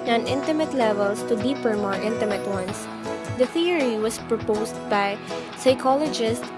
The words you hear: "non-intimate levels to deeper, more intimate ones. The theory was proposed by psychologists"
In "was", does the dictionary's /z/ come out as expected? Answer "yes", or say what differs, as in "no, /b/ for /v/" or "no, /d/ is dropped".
no, /s/ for /z/